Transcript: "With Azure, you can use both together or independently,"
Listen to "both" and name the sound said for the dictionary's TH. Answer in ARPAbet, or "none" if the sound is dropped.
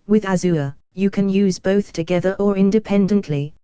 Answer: TH